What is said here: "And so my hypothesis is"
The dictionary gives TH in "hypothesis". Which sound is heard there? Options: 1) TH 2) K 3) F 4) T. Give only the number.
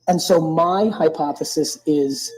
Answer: 1